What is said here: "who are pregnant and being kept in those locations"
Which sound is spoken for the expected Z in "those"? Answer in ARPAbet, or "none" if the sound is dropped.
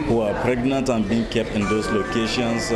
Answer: S